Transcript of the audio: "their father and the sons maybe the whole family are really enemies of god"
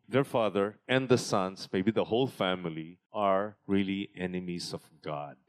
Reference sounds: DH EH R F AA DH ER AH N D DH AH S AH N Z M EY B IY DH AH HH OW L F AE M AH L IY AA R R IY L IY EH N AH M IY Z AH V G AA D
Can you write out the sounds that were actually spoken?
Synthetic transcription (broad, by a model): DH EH R F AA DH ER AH N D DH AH S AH N S M EY B IY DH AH HH OW L F AE M AH L IY AA R R IY L IY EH N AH M IY S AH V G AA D